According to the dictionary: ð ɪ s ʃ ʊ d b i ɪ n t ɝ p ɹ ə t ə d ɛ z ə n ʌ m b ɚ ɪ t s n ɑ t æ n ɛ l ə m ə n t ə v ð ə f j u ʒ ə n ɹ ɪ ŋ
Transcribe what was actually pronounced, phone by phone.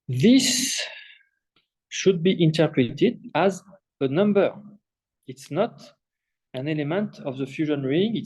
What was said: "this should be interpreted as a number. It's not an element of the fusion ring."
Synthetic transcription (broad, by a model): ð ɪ s ʃ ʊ d b i ɪ n t ɝ p ɹ ə t ə d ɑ z ə n ʌ m b ɚ ɪ t s n ɑ t æ n ɛ l ə m ə n t ə v ð ə f j u ʒ ə n ɹ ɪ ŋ